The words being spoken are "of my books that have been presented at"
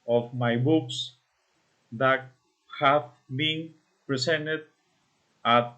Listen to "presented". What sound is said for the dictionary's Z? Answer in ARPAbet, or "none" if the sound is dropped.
S